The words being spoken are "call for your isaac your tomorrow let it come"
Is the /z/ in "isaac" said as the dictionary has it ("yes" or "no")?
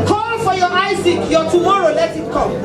no